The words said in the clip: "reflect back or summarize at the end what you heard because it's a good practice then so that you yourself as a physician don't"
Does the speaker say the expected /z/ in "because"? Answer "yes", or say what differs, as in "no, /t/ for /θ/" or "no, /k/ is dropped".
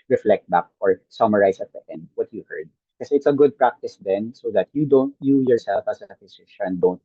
no, /z/ is dropped